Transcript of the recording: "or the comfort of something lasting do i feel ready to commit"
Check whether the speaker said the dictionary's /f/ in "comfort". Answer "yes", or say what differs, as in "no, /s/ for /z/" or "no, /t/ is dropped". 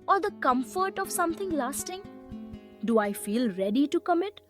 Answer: yes